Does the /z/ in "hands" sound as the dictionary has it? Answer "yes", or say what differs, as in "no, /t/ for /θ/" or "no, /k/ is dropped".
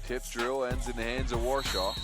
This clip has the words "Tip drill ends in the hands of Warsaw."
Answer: yes